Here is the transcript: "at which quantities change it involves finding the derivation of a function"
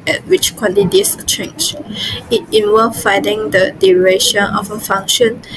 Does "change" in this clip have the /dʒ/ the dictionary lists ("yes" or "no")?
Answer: no